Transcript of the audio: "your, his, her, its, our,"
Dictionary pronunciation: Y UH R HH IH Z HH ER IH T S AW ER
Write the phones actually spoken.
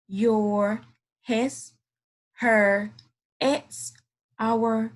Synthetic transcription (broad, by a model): Y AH R HH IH S HH ER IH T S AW ER